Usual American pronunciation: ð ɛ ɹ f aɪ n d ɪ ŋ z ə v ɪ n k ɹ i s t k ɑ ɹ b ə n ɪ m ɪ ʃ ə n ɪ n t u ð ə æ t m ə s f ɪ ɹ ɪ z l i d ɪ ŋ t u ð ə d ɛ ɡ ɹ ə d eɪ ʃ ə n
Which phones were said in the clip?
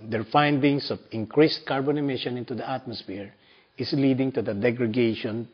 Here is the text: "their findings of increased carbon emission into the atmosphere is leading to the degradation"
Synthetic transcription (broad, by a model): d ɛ ɹ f aɪ n d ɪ ŋ s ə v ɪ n k ɹ i s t k ɑ ɹ b ə n ɪ m ɪ ʃ ə n ɪ n t u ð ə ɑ t m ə s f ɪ ɹ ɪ s l i d ɪ ŋ t u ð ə d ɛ ɡ ɹ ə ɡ eɪ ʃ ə n